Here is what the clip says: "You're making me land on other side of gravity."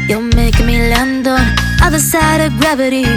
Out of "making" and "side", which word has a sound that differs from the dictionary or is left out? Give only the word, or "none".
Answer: making